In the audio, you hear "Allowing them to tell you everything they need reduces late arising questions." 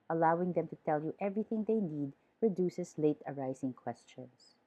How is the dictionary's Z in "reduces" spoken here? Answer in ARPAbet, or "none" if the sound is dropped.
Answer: S